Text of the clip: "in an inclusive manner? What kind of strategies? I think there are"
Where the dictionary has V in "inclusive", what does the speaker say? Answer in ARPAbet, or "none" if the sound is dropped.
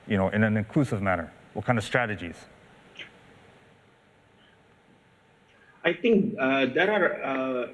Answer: V